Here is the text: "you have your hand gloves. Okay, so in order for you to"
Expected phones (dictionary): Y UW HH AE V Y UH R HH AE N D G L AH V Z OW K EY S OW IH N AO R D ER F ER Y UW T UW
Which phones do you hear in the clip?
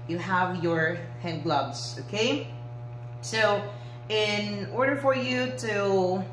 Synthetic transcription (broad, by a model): Y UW HH AE V Y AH R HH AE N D G L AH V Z OW K EY S OW IH N AO R D ER F ER Y UW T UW